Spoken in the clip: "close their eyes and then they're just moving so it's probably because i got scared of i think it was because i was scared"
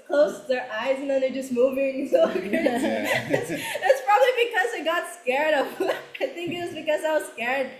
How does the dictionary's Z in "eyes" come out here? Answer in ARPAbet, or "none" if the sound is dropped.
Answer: Z